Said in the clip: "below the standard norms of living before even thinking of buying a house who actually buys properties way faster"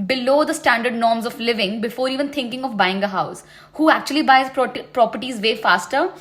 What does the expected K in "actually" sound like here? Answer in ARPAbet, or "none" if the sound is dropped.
K